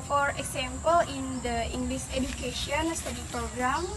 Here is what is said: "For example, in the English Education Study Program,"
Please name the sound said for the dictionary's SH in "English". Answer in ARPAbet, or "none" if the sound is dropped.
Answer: S